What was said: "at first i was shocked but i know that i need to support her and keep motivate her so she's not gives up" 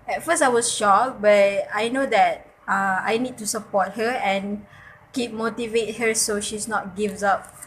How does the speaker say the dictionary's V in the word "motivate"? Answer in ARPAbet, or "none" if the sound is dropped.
V